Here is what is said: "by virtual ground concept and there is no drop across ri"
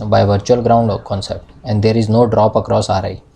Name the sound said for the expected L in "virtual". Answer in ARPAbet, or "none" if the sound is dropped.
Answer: L